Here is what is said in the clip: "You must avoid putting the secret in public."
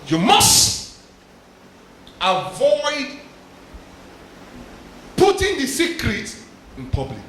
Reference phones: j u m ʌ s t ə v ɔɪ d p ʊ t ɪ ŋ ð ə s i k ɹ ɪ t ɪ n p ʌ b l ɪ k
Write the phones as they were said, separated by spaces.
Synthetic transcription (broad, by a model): j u m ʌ s t ə v ɔɪ d p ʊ t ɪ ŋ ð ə s i k ɹ ɪ t ɪ n p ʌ b l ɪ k